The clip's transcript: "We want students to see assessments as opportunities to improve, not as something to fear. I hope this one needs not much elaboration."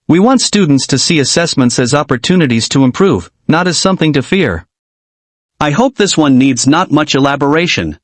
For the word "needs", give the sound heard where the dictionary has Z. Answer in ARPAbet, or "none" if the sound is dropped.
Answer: Z